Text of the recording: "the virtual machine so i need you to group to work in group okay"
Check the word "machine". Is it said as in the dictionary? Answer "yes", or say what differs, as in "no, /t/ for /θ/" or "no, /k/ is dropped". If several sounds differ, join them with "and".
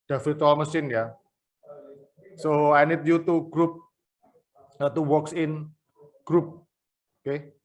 no, /s/ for /ʃ/